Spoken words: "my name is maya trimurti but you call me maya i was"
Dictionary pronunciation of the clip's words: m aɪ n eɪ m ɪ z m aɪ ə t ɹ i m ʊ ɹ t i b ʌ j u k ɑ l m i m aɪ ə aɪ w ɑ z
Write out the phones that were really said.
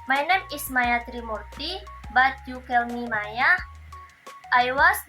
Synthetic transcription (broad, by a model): m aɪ n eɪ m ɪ s m aɪ ə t ɹ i m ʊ ɹ t i b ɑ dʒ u k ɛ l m i m aɪ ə aɪ w ɑ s